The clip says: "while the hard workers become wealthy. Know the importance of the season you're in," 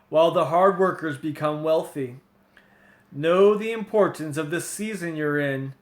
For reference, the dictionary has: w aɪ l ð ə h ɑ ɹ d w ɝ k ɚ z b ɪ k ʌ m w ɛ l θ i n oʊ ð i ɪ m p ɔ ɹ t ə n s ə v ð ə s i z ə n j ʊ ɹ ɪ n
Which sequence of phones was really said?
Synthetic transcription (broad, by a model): w aɪ l ð ə h ɑ ɹ d w ɝ k ɚ z b ɪ k ʌ m w ɛ l θ i n oʊ ð i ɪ m p ɔ ɹ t n s ə v ð ə s i z ə n j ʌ ɹ ɪ n